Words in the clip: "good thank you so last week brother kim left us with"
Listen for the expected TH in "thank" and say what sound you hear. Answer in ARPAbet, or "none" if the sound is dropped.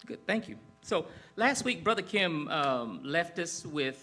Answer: TH